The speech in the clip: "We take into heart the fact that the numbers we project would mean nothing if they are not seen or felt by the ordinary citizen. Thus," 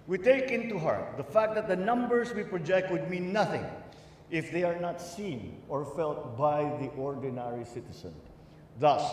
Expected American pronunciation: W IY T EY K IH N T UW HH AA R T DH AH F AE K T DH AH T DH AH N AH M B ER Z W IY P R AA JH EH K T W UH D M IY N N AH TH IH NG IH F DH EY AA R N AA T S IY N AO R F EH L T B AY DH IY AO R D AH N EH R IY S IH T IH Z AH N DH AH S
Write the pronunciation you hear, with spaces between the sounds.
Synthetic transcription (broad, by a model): W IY T EY K IH N T UW HH AA R T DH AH F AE K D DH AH T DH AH N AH M B ER S W IY P R AA JH EH K T W UH D M IY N N AH TH IH NG IH F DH EY AA R N AA T S IY N AO R F EH L T B AY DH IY AO R D AH N EH R IY S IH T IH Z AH N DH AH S